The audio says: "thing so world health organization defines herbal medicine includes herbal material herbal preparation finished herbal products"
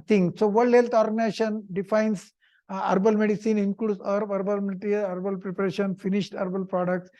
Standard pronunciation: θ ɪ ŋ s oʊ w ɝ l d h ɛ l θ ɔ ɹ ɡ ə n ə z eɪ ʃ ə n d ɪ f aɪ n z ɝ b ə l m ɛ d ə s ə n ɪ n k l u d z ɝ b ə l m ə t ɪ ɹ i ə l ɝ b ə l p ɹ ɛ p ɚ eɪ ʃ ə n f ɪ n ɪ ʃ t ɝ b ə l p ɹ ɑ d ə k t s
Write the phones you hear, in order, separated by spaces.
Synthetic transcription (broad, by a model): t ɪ ŋ s oʊ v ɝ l d h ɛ l t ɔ ɹ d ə n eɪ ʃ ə n d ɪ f aɪ n s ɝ b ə l m ɛ d ə s ə n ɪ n k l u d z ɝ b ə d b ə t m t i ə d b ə l p ɹ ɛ p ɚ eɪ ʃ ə n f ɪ n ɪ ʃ t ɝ b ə l p ɹ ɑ d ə k t s